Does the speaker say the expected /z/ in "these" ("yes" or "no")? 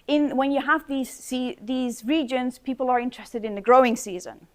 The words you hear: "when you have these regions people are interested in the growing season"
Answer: yes